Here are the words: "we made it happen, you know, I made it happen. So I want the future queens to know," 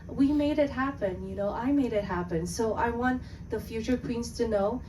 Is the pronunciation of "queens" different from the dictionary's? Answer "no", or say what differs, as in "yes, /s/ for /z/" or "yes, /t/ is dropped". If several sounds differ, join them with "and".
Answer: yes, /s/ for /z/